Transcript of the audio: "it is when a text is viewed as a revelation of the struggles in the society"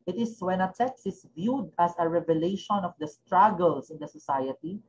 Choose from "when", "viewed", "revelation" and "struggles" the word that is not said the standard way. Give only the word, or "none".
struggles